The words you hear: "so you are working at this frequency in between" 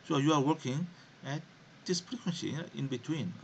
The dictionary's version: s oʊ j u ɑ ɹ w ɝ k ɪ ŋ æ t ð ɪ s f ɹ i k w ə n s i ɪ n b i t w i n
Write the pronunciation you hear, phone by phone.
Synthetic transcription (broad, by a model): s oʊ j u ɑ ɹ w ɝ k ɪ ŋ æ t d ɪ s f ɹ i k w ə n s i ɪ n b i t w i n